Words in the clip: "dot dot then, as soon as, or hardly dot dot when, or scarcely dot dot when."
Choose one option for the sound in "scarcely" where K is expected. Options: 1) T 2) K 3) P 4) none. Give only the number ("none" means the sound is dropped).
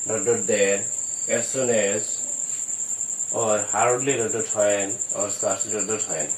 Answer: 4